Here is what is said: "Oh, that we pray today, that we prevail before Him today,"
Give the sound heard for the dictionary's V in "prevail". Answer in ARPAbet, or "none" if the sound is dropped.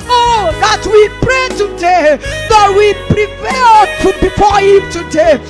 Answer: P